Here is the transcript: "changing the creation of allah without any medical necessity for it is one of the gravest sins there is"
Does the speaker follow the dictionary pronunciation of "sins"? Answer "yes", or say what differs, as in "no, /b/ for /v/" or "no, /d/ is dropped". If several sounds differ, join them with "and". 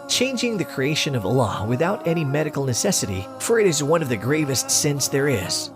no, /s/ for /z/